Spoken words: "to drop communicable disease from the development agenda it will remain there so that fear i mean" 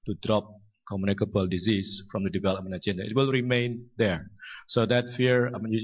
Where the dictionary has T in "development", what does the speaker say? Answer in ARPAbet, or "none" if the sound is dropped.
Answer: none